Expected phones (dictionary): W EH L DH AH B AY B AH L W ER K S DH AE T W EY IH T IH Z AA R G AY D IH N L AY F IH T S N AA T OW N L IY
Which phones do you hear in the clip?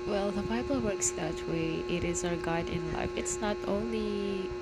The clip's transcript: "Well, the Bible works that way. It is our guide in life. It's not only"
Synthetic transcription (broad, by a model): W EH L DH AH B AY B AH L W ER K S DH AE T W EY IH T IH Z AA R G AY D IH N L AY F IH T S N AA T OW N L IY